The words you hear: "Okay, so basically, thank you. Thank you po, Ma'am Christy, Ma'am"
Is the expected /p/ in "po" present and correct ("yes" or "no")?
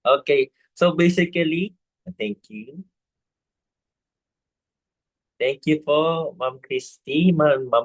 no